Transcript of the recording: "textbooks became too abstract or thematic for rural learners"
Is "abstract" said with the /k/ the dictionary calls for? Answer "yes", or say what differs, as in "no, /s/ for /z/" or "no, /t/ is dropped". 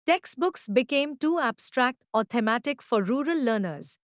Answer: yes